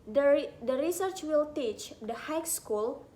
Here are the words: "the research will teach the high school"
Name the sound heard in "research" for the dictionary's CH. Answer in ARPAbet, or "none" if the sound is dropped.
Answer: CH